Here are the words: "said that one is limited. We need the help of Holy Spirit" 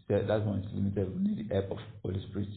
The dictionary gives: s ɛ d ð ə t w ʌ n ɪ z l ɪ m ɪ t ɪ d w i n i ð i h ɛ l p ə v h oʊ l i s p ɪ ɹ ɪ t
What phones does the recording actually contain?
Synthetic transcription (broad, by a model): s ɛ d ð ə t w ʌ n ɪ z l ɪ m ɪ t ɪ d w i n i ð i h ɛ p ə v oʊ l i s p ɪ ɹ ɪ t